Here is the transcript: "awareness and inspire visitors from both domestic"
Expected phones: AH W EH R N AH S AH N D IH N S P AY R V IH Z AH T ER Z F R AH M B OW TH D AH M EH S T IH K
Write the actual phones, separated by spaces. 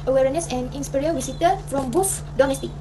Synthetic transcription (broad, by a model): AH W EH R N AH S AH N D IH N S P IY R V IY S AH T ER F R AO M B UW F D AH M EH S T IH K